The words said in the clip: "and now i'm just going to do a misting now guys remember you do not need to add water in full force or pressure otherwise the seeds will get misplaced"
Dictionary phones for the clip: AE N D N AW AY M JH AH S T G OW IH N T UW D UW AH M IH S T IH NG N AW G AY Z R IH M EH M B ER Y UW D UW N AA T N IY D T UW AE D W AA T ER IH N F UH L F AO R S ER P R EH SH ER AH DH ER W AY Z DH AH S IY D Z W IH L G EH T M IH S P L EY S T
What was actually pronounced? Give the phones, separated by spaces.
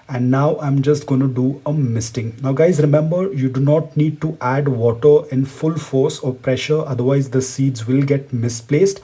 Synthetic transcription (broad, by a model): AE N D N AW AY M JH AH S T G OW IH N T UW D UW AH M IH S T IH NG N AW G AY Z R IH M EH M B ER Y UW D UW N AA T N IY D T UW AE D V AA T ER IH N F UH L F AO R S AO P R EH SH ER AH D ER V AY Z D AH S IY D Z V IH L G EH T M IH S P L EY S T